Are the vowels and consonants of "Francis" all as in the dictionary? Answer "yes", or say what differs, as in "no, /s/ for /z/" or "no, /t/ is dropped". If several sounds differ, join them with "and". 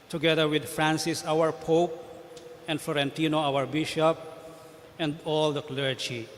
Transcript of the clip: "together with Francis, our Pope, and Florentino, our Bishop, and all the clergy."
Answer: yes